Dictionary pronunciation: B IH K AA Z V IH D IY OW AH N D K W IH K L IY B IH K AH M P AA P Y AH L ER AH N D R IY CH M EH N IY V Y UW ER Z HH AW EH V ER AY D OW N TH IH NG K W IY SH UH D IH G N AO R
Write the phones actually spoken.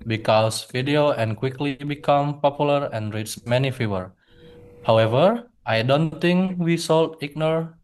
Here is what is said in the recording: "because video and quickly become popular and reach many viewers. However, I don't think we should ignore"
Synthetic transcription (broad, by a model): B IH K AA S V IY D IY OW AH N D K W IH K L IY B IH K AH M P AA P Y AH L ER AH N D R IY S M EH N IY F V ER HH AW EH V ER AY D OW N T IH NG K W IY S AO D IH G N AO R